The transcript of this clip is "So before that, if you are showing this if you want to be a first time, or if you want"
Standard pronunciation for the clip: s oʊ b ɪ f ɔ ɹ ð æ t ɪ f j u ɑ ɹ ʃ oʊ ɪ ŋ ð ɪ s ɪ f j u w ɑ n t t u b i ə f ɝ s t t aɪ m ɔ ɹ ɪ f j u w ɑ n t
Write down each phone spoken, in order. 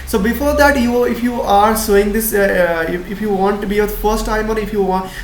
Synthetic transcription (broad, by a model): s oʊ b ɪ f ɔ ɹ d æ t ɪ f j u ɑ ɹ s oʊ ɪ ŋ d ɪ s ɪ f j u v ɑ n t t u b i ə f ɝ s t t aɪ m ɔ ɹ ɪ f j u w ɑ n